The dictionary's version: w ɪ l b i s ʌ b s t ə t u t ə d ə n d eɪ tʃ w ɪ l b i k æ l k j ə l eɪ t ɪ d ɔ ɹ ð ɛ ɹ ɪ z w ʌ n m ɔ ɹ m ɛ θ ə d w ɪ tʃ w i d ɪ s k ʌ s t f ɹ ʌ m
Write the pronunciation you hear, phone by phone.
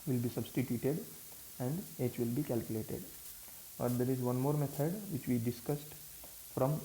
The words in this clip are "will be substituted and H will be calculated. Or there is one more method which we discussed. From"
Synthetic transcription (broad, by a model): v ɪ l b i s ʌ b s t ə t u t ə d ə n d eɪ tʃ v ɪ l b i k æ l k j ə l eɪ t ɪ d ɔ ɹ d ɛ ɹ ɪ z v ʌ n m ɔ ɹ m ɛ t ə d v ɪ tʃ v i d ɪ s k ʌ s t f ɹ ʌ m